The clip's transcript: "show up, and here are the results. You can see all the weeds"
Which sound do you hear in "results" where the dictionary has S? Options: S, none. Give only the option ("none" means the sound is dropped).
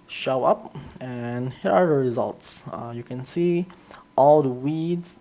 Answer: S